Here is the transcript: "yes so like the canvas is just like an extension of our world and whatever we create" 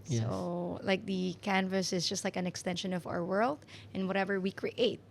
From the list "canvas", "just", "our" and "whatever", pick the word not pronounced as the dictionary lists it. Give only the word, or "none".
none